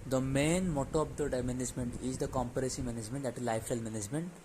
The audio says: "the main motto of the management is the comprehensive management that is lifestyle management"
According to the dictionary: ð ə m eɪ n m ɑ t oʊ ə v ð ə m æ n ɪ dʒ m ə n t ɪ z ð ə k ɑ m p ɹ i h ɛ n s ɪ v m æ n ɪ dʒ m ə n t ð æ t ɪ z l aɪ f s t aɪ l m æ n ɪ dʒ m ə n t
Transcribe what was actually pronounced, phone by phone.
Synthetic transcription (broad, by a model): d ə m eɪ n m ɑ t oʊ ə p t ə m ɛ n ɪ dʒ m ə n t ɪ z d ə k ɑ m p i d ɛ s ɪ m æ n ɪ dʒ m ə n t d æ t ɪ z l aɪ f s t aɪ l m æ n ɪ dʒ m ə n t